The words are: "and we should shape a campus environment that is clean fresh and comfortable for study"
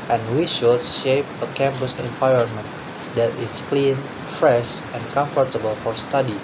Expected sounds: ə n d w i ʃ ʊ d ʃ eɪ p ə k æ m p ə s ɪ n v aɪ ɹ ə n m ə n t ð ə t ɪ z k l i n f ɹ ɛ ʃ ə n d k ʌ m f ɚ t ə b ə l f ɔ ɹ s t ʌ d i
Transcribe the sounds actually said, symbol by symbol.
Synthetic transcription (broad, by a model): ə n w i ʃ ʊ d ʃ eɪ p ə k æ m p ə s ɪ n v aɪ ɹ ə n m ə n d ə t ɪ s k l i n f ɹ ɛ ʃ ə n k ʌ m f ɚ t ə b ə l f ɔ ɹ s t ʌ d i